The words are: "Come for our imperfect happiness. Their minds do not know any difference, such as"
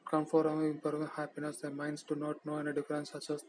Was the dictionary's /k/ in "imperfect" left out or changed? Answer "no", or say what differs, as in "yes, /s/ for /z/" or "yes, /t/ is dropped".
yes, /k/ is dropped